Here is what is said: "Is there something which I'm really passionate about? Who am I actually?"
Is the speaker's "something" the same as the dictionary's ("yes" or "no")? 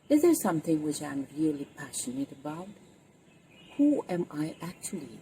yes